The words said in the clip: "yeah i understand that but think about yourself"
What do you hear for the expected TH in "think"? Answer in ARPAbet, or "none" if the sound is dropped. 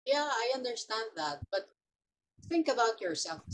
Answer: TH